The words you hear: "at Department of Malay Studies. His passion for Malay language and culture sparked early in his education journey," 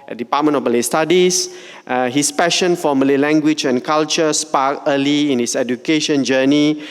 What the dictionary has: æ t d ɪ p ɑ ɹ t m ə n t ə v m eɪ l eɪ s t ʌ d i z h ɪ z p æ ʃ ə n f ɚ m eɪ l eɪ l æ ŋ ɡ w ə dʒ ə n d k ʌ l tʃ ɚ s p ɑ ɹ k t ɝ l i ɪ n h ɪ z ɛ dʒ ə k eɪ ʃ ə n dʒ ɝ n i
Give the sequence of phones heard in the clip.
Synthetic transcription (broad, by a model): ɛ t d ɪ p ɑ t m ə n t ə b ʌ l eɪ s t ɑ d i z h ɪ s p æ ʃ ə n f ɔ m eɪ l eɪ l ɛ ŋ ɡ w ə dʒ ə n k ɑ l tʃ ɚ s p ɑ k ɝ l i ɪ n h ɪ s ɛ dʒ ə k eɪ ʃ ə n dʒ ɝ n i